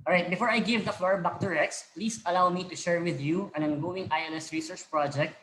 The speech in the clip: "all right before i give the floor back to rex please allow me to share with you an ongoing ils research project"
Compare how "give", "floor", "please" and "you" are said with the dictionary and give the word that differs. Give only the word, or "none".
please